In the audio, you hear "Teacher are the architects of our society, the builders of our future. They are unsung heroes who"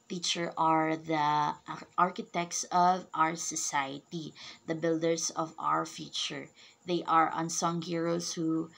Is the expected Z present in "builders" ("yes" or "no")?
no